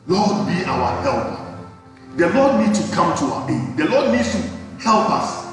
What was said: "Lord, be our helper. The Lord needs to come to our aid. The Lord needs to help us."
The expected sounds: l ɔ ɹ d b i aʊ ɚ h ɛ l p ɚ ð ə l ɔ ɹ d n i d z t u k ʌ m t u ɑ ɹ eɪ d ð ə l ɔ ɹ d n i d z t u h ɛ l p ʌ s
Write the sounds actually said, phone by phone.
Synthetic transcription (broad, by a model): l ɔ d b i aʊ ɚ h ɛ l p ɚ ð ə l ɔ d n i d t u k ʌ m t u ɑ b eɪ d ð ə l ɔ d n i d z t u h ɛ l p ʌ s